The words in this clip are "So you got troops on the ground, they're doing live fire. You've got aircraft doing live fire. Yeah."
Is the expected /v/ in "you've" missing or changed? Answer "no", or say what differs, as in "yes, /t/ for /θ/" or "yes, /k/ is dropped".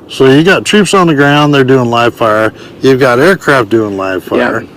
no